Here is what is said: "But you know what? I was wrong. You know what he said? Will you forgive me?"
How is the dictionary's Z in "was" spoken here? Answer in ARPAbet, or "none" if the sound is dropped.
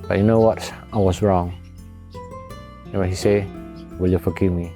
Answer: S